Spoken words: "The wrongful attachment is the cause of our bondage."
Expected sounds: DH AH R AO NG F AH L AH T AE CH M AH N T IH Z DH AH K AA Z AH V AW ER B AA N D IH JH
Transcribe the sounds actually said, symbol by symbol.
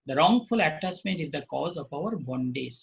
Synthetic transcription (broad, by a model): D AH R AO NG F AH L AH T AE S M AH N T IH Z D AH K AA Z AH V AW ER B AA N D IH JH